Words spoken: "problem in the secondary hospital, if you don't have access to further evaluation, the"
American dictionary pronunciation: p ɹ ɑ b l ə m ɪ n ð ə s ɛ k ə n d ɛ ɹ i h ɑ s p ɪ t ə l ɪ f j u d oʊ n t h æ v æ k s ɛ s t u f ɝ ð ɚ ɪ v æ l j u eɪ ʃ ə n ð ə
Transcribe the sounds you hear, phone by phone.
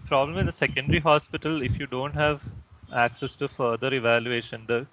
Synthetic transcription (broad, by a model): p ɹ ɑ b l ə m ɪ n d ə s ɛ k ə n d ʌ ɹ i h ɑ s p ɪ t ə l ɪ f j u d oʊ n t h æ v æ k s ɛ s t u f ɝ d ɚ ɪ v æ l j u eɪ ʃ ə n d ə